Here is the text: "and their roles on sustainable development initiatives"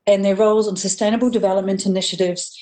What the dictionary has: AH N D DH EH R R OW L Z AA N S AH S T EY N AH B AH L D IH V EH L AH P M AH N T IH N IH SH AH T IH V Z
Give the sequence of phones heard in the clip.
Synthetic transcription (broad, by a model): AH N DH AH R R OW L Z N S AH S T EY N AH B AH L D IH V EH L AH P M AH N T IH N IH SH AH T IH V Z